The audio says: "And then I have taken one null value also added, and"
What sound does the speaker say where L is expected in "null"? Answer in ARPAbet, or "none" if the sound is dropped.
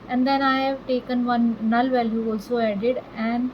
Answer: L